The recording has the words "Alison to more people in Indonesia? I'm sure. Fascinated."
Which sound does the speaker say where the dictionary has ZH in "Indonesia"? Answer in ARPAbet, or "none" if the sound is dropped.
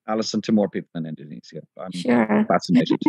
Z